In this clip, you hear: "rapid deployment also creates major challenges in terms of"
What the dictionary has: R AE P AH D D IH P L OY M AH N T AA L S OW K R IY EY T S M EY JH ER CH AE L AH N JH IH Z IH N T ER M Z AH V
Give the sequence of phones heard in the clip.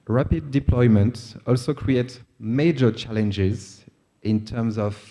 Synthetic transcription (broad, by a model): R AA P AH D D IH P L OY M AH N T AA L S OW K R IY EY T S M EY JH ER CH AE L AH N JH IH Z IH N T ER M Z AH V